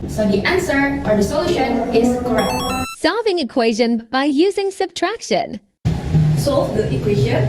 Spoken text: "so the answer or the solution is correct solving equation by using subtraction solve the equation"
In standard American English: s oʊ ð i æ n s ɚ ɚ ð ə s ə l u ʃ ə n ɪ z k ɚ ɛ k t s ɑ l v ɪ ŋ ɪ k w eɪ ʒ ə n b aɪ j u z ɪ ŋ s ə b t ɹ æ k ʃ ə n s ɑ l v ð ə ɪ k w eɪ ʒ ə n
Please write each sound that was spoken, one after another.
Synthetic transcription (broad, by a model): s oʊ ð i æ n s ɚ ɚ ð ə s ə l u ʃ ə n ɪ z k ɚ ɛ k t s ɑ v ɪ ŋ ɪ k w eɪ ʒ ə n b aɪ j u z ɪ ŋ s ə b t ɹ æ k ʃ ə n s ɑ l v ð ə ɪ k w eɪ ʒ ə